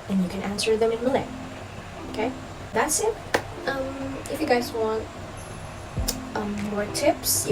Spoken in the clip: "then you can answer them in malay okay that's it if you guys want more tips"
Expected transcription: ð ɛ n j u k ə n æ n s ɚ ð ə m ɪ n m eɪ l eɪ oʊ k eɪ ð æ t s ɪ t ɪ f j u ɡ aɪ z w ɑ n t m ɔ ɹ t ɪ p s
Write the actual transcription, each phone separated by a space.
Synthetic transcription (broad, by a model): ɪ n j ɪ k ə n æ n s ɚ ð ə m ɪ n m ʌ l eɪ oʊ k eɪ ð æ t s ɪ t ɪ f j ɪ ɡ aɪ z w ɑ n t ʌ ɔ ɹ t ɪ p s